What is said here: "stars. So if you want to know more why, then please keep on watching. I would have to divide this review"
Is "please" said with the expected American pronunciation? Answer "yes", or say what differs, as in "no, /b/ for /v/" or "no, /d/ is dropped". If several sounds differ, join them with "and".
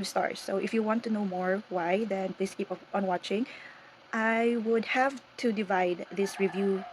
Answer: no, /s/ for /z/